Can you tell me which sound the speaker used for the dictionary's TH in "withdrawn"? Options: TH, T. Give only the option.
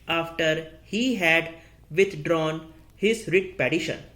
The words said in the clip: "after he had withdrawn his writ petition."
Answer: T